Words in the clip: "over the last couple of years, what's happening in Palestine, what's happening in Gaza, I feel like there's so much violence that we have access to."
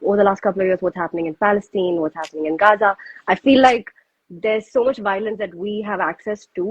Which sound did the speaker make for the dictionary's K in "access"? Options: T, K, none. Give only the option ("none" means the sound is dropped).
K